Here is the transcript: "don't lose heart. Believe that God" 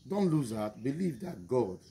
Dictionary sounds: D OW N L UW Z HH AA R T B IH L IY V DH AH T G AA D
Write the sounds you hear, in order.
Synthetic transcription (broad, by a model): D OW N L UW Z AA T B IH L IY V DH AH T G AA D